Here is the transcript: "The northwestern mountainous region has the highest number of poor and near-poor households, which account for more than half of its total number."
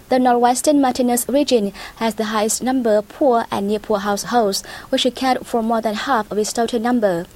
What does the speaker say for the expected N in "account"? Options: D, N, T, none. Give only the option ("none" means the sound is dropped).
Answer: none